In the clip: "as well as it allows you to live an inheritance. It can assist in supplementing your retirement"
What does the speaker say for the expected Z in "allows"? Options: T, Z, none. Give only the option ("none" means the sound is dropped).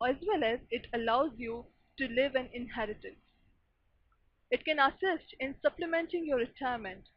Z